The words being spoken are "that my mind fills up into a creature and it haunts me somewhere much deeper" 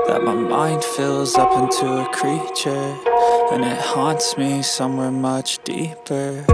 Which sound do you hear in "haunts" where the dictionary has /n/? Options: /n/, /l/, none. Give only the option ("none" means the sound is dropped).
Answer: /n/